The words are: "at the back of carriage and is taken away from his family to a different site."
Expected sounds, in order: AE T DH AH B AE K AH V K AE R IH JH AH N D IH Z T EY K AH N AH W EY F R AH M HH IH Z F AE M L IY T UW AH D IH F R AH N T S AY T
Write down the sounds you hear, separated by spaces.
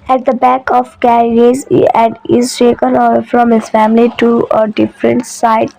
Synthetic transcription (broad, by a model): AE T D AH B AE K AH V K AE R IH Z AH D IH Z T EY K AH N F R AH M HH IH Z F AE M L IY T UW AH D IH F R AH N T S AY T